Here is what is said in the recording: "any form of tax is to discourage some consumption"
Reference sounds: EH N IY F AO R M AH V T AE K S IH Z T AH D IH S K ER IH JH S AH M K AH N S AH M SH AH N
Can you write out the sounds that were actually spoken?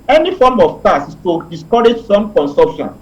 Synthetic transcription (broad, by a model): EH N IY F AO M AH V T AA S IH S T AH D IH S K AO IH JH S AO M K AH N S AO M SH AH N